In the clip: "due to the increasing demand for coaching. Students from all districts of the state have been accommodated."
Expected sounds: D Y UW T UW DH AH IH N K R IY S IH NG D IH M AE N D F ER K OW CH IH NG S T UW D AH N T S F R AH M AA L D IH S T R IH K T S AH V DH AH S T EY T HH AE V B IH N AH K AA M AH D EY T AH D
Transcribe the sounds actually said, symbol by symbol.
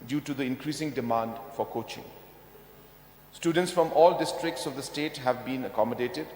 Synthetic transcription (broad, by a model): D Y UW T UW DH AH IH N K R IY S IH NG D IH M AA N D F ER K OW CH IH NG S T UW D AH N T S F R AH M AA L D IH S T R IH K T S AH V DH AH S T EY T HH AE V B IH N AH K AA M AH D EY T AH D